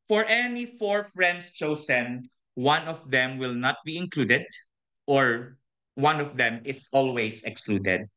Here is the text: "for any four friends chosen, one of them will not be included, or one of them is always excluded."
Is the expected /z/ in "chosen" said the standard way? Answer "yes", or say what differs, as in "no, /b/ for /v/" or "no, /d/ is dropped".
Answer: no, /s/ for /z/